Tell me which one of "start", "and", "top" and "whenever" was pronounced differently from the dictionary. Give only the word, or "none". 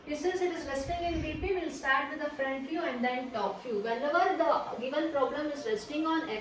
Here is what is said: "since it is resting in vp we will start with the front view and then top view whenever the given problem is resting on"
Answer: whenever